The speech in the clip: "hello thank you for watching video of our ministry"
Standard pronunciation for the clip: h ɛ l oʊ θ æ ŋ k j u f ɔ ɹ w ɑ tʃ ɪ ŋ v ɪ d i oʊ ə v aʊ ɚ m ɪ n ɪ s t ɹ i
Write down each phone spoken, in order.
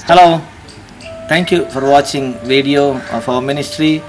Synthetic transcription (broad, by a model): h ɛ l oʊ t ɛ ŋ k j u f ɔ ɹ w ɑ tʃ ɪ ŋ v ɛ d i oʊ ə f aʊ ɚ m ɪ n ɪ s t ɹ i